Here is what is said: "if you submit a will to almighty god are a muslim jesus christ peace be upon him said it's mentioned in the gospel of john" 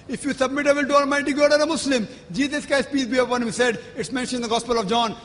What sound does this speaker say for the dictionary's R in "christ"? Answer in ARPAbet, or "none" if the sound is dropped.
none